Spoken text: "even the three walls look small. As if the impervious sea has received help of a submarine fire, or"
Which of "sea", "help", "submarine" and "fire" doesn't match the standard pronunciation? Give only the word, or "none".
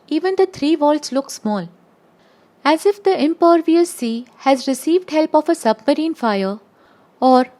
none